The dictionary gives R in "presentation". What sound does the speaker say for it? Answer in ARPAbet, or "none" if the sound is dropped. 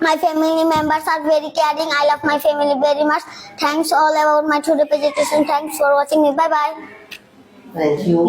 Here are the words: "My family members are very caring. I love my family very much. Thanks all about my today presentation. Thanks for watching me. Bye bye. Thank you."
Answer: none